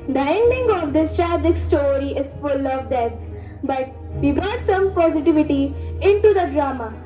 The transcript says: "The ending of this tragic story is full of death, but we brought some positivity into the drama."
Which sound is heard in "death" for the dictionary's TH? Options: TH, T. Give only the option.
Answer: T